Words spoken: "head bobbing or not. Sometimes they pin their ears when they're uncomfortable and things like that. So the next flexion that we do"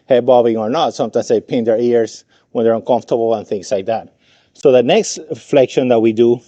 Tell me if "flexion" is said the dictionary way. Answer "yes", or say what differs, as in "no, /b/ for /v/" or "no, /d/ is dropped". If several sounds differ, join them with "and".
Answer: yes